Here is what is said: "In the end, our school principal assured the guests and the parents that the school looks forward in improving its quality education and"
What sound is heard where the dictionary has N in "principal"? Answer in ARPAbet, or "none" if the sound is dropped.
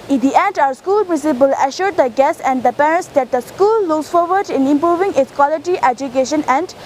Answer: none